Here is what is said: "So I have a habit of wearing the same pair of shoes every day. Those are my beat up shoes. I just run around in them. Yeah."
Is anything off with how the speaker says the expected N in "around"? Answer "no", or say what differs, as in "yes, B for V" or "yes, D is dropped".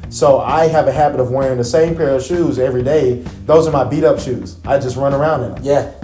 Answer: yes, N is dropped